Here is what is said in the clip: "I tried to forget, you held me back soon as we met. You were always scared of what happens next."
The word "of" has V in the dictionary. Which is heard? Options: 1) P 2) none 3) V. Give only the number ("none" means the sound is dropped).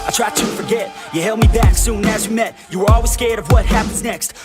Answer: 3